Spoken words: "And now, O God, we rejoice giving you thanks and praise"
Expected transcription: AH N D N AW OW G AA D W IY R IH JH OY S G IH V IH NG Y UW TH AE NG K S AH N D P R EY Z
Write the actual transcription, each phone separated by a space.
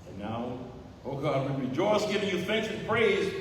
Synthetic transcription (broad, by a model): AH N N AW OW G AA D W IY R IH JH OY S G IH V IH NG Y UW TH AE NG K S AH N P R EY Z